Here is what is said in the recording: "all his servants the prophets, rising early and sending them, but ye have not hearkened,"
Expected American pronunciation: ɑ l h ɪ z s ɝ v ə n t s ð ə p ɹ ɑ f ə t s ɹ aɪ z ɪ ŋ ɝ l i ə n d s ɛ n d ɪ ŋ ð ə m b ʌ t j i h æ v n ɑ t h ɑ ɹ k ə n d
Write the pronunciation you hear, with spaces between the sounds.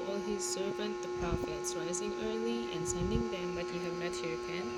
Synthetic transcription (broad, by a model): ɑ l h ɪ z s ɝ v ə n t ð ə p ɹ ɑ f ə t s ɹ aɪ z ɪ ŋ ɝ l i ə n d s ɛ n d ɪ ŋ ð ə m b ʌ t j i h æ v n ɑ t h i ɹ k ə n